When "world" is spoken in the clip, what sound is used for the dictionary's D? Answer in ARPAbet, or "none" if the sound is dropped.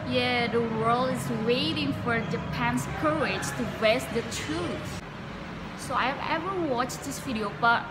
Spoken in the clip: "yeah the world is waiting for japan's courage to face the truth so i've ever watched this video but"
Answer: none